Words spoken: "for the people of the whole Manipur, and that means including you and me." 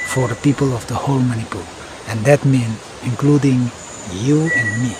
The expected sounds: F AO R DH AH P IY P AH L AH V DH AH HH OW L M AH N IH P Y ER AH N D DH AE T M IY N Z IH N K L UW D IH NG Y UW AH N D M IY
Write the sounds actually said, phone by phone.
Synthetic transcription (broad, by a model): F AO R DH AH P IY P AH L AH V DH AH HH OW L M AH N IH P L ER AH N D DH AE T M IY N IH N K L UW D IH NG Y UW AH N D M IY